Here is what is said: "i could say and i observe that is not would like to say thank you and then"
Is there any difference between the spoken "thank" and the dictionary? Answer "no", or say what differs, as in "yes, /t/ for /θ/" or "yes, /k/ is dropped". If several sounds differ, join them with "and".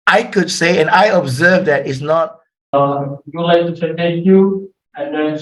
yes, /t/ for /θ/ and /ŋ/ is dropped